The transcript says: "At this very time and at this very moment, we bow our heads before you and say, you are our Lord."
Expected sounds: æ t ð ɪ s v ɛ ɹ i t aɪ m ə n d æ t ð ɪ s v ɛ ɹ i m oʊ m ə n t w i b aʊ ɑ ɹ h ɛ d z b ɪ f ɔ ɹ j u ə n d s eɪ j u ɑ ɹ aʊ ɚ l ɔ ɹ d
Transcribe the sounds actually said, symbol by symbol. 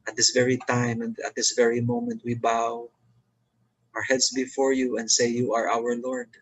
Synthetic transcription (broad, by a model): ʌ t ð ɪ s v ɛ ɹ i t aɪ m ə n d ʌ t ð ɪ s v ɛ ɹ i m oʊ m ə n t w i b aʊ ɑ ɹ h ɛ d s b ɪ f ɔ ɹ j u ə n d s eɪ j u ɑ ɹ aʊ ɚ l ɔ ɹ d